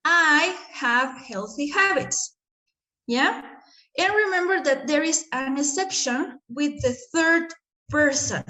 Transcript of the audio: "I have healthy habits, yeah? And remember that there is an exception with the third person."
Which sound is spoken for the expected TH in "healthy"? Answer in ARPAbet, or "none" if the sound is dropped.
TH